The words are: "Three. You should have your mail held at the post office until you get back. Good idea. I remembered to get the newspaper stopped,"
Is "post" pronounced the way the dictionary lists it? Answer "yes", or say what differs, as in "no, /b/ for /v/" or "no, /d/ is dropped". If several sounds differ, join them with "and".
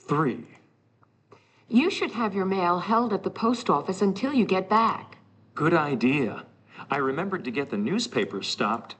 yes